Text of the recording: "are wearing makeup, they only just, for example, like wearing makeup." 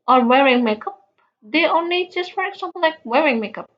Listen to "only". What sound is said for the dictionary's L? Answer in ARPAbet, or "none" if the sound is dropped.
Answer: L